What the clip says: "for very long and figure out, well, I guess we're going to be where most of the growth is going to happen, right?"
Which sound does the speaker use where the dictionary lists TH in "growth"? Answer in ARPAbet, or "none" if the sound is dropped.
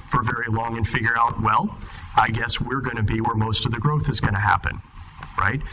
TH